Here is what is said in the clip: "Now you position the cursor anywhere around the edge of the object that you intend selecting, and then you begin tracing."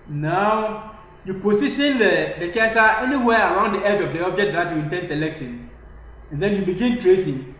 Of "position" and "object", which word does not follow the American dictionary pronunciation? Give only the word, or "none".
position